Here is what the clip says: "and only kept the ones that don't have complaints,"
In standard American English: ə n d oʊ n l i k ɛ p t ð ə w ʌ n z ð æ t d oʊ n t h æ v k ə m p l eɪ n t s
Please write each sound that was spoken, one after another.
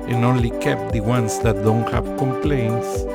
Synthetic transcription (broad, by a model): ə n oʊ n l i k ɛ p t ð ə w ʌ n s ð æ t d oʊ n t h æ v k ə m p l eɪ n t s